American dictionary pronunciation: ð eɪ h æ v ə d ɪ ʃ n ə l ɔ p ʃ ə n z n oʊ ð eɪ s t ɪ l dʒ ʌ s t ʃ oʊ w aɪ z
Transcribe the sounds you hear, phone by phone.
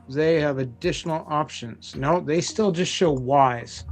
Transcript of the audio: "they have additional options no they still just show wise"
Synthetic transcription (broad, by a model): ð eɪ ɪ v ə d ɪ ʃ n l ɔ p ʃ ə n z n oʊ ð eɪ s t ɪ l dʒ ʌ s t ʃ oʊ w aɪ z